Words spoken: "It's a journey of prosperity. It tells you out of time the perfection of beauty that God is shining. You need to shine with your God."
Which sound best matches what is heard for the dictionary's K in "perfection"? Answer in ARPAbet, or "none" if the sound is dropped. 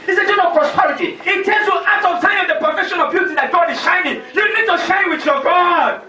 none